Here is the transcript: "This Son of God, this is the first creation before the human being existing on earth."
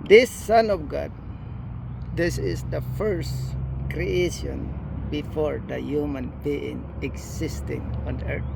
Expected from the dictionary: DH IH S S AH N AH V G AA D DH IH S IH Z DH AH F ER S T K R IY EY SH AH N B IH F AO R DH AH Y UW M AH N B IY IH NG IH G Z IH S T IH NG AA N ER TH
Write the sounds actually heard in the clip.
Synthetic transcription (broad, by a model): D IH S S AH N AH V G AA D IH S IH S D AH F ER S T K R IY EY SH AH N B IH F AO R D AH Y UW M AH N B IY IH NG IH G S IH S T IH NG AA N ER